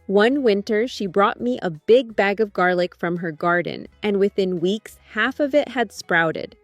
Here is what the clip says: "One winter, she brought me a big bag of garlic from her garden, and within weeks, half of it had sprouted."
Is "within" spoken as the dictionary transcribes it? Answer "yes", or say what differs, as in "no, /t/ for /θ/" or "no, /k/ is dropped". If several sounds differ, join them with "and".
yes